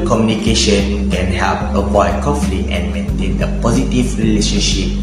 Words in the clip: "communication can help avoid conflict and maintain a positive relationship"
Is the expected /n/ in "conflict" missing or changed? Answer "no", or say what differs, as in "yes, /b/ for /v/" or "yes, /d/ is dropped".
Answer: yes, /n/ is dropped